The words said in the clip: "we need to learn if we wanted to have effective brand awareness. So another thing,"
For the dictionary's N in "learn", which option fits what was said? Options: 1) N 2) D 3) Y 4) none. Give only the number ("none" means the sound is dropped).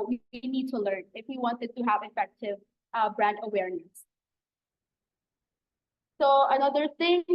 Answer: 1